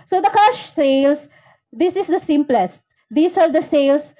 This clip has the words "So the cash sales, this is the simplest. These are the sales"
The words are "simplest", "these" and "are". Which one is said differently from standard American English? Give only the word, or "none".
these